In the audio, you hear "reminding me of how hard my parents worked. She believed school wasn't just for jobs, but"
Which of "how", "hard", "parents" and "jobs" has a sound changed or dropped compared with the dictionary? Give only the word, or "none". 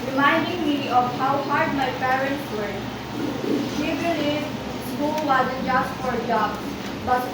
jobs